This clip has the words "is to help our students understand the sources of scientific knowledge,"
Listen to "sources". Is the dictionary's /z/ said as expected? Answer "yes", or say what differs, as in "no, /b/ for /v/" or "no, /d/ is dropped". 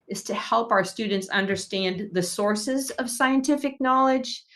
yes